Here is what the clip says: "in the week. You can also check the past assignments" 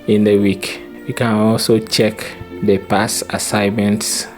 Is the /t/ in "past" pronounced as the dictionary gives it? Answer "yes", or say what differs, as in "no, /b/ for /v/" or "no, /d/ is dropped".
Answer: no, /t/ is dropped